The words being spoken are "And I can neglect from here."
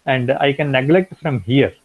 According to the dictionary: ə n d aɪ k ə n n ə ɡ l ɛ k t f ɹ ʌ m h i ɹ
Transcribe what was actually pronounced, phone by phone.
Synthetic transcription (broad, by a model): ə n d aɪ k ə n n ə ɡ l ɛ k t f ɹ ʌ m h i ɹ